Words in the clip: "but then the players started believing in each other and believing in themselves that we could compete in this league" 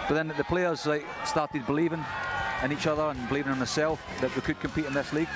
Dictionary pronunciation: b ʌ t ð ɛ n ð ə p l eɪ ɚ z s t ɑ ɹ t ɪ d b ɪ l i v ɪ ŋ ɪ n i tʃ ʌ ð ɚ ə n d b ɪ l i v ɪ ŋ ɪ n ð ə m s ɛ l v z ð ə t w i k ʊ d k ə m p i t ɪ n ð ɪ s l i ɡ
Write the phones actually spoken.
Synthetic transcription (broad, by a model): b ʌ t ð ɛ n ð ə p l eɪ ɚ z s t ɑ ɹ t ɪ d b ɪ l i v ɪ ŋ ɪ n i tʃ ʌ ð ɚ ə n b ɪ l i v ɪ ŋ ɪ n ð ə s ɛ l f ð ə t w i k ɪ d k ə m p i t ɪ n ð ɪ s l i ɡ